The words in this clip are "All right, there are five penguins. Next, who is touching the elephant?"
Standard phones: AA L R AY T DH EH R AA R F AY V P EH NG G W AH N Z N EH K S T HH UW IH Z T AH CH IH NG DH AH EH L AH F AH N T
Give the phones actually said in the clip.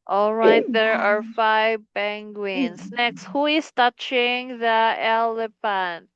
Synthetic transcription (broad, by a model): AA L R AY T DH EH R AA R F AY V B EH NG G W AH N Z N EH K S T HH UW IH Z T AH CH IH NG DH AH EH L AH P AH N